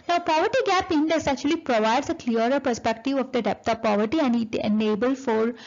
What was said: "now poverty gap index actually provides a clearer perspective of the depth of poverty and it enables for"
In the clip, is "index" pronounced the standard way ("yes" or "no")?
no